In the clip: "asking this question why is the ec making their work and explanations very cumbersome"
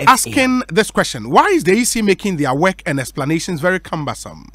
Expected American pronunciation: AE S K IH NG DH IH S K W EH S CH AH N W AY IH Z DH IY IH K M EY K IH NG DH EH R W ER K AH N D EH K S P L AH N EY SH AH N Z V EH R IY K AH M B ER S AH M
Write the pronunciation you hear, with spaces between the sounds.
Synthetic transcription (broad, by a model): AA S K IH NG DH IH S K W EH S CH AH N W AY IH Z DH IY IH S M EY K IH NG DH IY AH W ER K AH N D EH K S P L AH N EY SH AH N Z V EH R IY K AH M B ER S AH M